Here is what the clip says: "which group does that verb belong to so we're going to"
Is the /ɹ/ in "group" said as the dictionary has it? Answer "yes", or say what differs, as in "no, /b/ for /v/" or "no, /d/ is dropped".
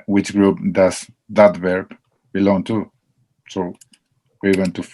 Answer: yes